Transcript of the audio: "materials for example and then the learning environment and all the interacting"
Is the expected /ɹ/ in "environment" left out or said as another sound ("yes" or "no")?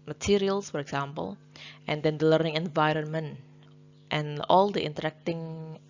no